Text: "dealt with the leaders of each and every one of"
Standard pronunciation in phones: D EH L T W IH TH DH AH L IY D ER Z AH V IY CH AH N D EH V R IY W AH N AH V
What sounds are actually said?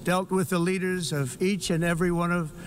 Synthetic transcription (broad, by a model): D EH L T W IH DH AH L IY D ER Z AH V IY CH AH N EH V R IY W AH N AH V